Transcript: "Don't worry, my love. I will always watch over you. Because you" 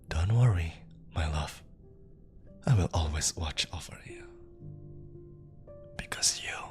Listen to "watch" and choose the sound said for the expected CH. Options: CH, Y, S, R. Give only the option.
CH